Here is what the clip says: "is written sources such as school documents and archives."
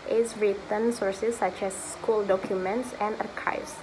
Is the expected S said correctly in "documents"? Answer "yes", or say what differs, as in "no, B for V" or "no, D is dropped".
yes